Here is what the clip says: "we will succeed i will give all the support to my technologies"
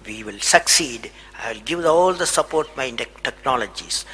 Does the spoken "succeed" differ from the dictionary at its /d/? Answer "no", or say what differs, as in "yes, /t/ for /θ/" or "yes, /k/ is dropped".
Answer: no